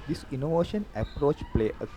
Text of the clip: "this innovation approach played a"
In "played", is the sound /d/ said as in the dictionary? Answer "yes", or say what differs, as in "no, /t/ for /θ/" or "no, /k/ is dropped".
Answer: no, /d/ is dropped